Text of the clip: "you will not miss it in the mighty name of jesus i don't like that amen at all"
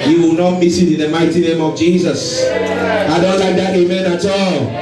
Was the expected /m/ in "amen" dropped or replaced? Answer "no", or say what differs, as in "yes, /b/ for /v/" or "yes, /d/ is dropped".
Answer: no